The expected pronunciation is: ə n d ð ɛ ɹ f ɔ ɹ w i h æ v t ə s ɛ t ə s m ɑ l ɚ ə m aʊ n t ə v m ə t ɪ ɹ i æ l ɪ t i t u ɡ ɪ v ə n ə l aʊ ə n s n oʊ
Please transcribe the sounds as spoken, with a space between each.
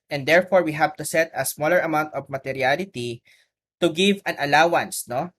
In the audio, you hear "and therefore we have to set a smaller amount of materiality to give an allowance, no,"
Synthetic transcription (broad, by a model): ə n d ɛ ɹ f ɔ ɹ w i h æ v t ə s ɛ t ə s m ɑ l ɚ ə m aʊ n t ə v m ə t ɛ ɹ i l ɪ t i t u ɡ ɪ v ə n ə l aʊ ə n s n oʊ